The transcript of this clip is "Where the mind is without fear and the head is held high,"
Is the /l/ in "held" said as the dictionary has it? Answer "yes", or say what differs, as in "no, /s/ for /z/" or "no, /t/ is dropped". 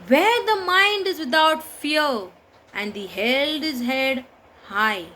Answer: no, /l/ is dropped